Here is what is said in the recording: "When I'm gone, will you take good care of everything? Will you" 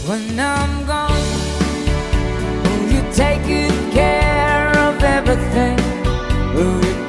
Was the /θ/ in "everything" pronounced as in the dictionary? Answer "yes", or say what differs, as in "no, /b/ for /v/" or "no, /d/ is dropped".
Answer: yes